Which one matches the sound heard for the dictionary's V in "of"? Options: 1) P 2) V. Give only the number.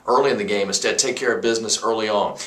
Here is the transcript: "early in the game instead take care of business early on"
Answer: 2